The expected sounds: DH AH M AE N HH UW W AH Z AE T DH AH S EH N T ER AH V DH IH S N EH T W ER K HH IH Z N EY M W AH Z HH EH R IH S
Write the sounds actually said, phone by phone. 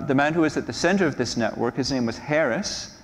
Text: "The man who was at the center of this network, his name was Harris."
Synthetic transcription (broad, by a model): DH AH M AE N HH UW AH Z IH T DH AH S EH N T ER AH V DH IH S N EH T W ER K HH IH Z N EY M W AH Z HH EH R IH S